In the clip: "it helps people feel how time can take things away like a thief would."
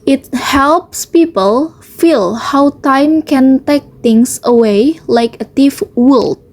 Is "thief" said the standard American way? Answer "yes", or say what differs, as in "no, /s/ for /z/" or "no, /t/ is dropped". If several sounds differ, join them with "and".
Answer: no, /t/ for /θ/